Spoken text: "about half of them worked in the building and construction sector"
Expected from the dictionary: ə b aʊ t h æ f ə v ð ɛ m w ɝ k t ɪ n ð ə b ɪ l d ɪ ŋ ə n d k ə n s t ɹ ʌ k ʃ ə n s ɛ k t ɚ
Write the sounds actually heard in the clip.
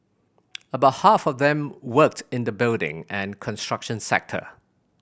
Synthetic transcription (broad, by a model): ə b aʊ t h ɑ f ə v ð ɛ m w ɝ k t ɪ n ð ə b ɪ l d ɪ ŋ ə n k ə n s t ɹ ʌ k ʃ ə n s ɛ k t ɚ